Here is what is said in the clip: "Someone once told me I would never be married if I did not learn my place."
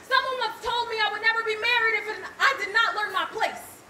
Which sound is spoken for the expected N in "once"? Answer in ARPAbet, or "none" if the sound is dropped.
none